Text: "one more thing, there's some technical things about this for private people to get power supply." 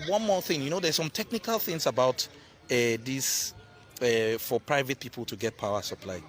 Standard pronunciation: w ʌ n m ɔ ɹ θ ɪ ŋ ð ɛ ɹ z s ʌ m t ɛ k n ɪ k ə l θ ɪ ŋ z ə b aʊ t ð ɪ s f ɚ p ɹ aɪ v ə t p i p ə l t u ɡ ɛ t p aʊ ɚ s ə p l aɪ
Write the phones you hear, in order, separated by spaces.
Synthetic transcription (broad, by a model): w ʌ n m ɔ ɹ θ ɪ ŋ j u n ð s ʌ m t ɛ k n ɪ k ə l θ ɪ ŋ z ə b aʊ t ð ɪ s f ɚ p ɹ aɪ v ə t p i p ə l t u ɡ ɛ t p aʊ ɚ s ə p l aɪ